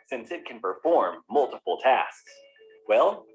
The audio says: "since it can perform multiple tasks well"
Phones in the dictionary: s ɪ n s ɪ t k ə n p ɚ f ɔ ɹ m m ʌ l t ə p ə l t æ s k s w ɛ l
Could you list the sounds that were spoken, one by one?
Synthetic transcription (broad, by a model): s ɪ n s ɪ t k ə n p ɚ f ɔ ɹ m m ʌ l t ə p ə l t æ s k s w ɛ l